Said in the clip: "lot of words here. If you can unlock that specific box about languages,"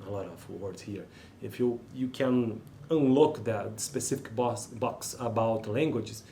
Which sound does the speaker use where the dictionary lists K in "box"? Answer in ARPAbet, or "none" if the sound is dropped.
K